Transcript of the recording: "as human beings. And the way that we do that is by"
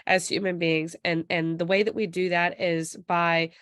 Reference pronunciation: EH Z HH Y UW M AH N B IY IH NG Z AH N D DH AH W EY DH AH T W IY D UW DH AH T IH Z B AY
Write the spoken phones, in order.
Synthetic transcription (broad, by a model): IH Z HH Y UW M AH N B IY IH NG Z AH N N DH AH W EY DH AH T W IY D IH DH AH T IH Z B AY